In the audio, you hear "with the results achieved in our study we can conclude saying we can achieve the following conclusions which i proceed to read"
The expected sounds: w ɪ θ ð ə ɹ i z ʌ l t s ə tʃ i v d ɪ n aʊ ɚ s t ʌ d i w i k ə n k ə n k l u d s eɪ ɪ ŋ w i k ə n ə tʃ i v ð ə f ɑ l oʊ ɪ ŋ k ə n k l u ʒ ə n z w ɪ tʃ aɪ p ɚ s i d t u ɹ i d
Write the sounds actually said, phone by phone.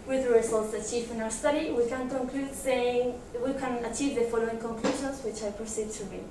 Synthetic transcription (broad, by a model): w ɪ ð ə ɹ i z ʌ l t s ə tʃ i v ɪ n aʊ ɚ s t ʌ d i w i k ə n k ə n k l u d s eɪ ɪ ŋ w i k ə n ə tʃ i v ð ə f ɑ l oʊ ɪ ŋ k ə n k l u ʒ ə n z w ɪ tʃ aɪ p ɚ s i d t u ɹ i